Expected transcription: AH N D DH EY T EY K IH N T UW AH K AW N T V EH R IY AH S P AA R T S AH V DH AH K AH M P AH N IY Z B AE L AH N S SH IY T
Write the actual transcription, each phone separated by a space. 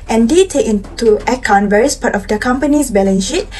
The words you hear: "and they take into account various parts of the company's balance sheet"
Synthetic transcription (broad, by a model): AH N D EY T EY K IH N T UW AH K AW N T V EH R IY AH S P AA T AH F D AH K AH M P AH N IY S B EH L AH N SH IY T